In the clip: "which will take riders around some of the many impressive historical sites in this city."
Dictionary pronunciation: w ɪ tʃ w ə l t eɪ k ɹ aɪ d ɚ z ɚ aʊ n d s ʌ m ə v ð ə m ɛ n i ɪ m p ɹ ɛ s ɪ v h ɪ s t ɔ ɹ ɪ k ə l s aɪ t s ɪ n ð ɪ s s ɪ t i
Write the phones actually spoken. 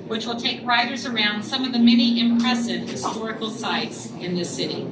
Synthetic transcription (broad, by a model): w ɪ tʃ w ə l t eɪ k ɹ aɪ d ɚ z ɚ aʊ n d s ʌ m ə v ð ə m ɛ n i ɪ m p ɹ ɛ s ɪ v h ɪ s t ɔ ɹ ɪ k l s aɪ t s ɪ n ð ɪ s s ɪ t i